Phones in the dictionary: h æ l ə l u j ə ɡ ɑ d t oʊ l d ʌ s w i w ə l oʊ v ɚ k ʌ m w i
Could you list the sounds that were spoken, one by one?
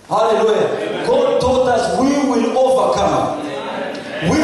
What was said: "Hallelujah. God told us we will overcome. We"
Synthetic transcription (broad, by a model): h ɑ l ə l u j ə ɡ ɑ d t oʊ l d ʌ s w i w ə l oʊ v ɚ k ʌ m w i